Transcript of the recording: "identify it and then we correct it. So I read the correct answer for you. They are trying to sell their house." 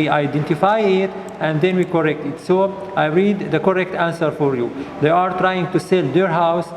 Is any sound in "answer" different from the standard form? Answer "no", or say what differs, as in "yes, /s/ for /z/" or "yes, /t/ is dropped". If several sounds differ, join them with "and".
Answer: no